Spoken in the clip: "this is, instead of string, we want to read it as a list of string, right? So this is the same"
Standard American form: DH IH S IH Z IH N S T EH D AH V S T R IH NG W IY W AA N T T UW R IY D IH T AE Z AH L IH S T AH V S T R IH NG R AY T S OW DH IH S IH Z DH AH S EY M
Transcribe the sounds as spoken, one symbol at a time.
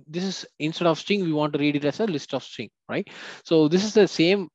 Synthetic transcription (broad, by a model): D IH S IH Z IH N S T EH D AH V S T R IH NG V IY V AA N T T UW R IY D IH T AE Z AH L IH S T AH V S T IH NG R AY T S OW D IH S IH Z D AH S EY M